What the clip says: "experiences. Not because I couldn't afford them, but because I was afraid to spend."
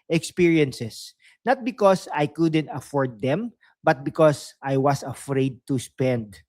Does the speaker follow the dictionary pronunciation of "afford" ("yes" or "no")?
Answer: yes